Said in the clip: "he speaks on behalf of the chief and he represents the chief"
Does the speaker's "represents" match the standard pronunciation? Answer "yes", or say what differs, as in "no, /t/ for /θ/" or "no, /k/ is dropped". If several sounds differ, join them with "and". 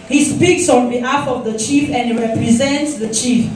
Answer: yes